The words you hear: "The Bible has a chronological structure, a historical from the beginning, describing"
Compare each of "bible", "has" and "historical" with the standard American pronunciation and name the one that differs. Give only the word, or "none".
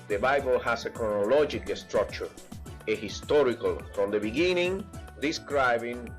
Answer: has